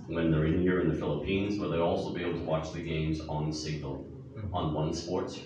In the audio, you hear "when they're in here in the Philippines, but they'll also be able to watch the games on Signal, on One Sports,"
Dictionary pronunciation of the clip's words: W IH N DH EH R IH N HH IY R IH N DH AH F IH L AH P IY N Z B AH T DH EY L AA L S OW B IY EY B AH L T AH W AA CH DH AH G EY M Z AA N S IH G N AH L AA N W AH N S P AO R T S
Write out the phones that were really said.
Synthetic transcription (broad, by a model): W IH N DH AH R IH N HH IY R IH N DH AH F IH L AH P IY N Z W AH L DH EY AA L S OW B IY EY B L T AH W AA CH DH AH G EY M Z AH N S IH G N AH L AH N W AH N S P AO R T S